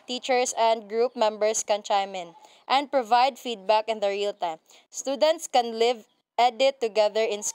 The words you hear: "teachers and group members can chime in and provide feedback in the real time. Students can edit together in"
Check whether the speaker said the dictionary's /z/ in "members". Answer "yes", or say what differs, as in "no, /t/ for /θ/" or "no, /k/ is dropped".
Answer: no, /s/ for /z/